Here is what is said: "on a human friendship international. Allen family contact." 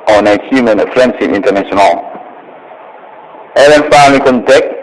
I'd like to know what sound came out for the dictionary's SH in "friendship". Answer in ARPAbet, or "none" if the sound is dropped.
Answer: S